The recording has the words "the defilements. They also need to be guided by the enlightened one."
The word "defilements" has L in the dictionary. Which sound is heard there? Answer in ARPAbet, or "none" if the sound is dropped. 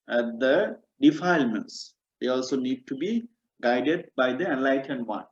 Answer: L